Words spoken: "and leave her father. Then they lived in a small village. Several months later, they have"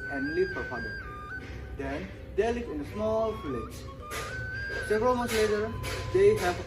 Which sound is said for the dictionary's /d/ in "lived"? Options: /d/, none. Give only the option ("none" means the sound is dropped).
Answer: none